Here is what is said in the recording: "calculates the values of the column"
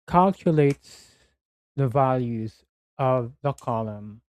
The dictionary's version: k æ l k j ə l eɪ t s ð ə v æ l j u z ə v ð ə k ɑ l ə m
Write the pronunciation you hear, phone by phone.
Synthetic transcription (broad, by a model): k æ l k j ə l eɪ t s ð ə v æ l j u z ə v ð ə k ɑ l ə m